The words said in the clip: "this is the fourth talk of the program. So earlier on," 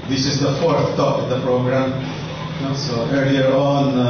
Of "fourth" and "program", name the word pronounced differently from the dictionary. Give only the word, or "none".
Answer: none